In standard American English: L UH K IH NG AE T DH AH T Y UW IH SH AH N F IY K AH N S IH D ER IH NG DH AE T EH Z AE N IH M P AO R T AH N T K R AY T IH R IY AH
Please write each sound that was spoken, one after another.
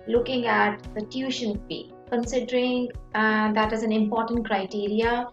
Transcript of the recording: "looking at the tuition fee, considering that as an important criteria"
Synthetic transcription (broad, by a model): L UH K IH NG AE T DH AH T Y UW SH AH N P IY K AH N S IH D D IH NG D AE T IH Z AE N IH M P AO R T AH N T K R AY T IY R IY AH